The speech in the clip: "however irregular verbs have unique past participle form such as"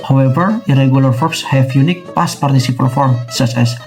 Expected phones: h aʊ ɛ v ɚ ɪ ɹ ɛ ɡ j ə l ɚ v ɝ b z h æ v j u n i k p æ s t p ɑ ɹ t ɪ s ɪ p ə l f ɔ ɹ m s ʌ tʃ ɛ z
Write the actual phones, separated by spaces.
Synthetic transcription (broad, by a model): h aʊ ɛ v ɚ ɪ ɹ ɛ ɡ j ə l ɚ f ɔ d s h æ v j u n i k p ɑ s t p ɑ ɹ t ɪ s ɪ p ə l f ɔ ɹ m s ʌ s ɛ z